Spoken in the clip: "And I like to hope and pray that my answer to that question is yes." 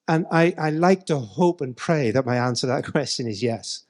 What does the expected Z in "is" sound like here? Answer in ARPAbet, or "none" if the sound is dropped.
Z